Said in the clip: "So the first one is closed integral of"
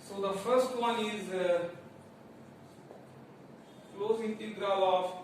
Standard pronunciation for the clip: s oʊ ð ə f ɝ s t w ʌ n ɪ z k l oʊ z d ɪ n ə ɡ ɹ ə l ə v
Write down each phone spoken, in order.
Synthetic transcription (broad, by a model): s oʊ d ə f ɝ s t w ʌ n ɪ z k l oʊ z ɪ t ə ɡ ɹ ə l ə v